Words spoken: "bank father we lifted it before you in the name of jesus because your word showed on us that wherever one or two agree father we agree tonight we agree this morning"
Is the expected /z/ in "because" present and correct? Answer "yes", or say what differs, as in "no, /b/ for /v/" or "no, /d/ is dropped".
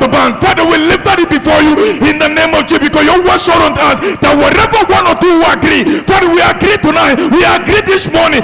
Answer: no, /s/ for /z/